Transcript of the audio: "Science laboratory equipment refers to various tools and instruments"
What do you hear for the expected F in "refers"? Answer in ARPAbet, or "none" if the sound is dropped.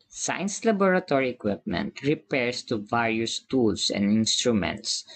P